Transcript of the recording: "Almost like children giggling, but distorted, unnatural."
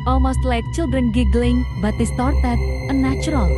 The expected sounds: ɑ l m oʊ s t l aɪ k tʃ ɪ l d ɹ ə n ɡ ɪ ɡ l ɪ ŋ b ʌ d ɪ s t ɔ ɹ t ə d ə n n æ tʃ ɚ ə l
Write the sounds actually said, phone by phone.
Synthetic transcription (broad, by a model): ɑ l m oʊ s t l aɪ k tʃ ɪ l d ɹ ə n ɡ ɪ ɡ l ɪ ŋ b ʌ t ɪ s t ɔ ɹ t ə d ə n n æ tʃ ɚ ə l